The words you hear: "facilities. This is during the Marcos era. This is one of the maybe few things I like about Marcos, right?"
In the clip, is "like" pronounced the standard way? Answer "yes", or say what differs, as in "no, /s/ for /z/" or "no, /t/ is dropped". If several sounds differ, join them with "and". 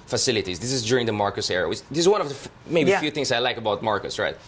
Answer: yes